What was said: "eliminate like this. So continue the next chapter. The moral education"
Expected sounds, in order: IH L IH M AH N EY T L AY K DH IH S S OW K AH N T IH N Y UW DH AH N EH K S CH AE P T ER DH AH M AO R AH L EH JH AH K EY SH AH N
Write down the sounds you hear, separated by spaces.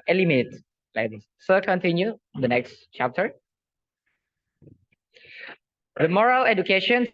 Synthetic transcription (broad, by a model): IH L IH M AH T L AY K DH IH S S OW K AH N T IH N Y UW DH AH N EH K S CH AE P T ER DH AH M AO R AH L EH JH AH K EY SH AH N